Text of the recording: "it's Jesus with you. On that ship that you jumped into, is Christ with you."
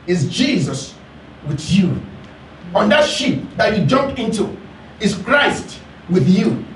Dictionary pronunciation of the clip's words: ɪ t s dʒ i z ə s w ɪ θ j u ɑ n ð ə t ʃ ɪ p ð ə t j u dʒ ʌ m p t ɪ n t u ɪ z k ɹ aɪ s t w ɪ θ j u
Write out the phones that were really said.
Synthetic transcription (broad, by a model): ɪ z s dʒ i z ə s w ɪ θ j u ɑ n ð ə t ʃ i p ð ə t j u dʒ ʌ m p ɪ n t u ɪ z k ɹ aɪ s t w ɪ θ j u